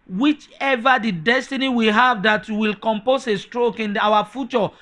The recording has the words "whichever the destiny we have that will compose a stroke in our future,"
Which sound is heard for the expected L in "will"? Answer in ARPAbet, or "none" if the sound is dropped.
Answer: L